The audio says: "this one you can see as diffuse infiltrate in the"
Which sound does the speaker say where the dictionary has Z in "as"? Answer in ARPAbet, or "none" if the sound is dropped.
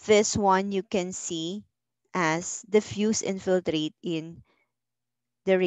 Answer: S